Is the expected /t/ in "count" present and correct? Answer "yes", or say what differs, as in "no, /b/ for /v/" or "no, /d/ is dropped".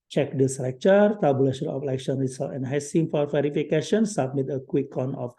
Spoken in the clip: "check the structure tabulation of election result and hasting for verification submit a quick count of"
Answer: no, /t/ is dropped